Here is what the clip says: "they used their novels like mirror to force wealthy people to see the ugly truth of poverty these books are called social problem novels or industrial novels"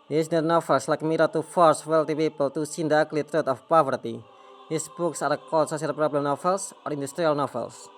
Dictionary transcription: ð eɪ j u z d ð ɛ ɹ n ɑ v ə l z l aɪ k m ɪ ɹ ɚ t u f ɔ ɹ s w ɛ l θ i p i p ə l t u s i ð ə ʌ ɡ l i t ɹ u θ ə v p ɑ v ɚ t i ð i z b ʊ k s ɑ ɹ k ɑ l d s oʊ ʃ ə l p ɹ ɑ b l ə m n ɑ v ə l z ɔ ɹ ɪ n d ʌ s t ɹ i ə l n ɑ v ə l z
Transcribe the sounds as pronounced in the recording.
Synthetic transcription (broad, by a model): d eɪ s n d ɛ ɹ n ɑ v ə l s l aɪ k m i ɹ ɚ t u f ɔ ɹ s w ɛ l t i p i p ə l t u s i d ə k l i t ɹ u t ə f p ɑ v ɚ t i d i s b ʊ k s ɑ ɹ k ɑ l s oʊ s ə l p ɹ ɑ b l ə m n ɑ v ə l s ɔ ɹ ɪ n d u s t ɹ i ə l n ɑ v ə l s